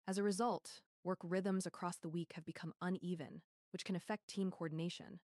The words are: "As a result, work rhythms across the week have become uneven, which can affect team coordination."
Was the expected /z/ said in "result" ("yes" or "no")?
yes